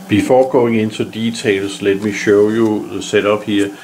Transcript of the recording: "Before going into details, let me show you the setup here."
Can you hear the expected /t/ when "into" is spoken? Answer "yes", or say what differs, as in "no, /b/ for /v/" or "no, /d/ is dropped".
no, /s/ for /t/